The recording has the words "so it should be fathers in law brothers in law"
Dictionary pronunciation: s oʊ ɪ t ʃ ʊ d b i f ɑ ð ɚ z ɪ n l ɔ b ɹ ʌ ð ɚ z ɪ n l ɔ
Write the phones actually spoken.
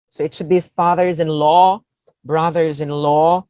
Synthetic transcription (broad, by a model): s oʊ ɪ t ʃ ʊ d b i f ɑ ð ɚ z ɪ n l ɔ b ɹ ʌ ð ɚ z ɪ n l ɔ